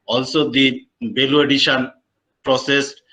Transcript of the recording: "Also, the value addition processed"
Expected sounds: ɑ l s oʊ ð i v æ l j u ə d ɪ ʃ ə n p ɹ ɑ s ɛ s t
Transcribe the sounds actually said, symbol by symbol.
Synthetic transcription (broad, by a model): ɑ l s oʊ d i b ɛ l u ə d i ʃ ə n p ɹ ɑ s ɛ s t